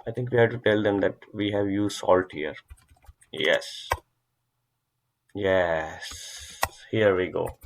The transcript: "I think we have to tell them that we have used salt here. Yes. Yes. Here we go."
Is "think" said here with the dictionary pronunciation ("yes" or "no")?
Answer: no